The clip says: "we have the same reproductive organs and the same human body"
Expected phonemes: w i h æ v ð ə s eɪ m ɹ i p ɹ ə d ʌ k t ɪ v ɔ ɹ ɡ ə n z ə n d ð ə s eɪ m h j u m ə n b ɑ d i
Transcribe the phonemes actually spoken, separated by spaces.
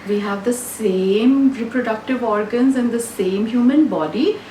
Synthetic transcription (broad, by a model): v i h æ v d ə s eɪ m ɹ i p ɹ ə d ʌ k t ɪ v ɔ ɹ ɡ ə n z ə n d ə s eɪ m h j u m ə n b ɑ d i